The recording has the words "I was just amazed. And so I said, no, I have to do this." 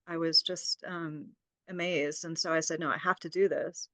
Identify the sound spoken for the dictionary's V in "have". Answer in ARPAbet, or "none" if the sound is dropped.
F